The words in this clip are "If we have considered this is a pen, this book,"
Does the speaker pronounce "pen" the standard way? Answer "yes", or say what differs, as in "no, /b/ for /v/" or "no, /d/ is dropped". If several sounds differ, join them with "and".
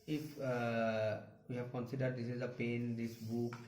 yes